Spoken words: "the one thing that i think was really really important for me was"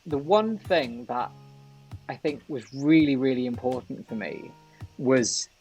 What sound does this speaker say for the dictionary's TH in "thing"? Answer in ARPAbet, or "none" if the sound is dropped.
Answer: TH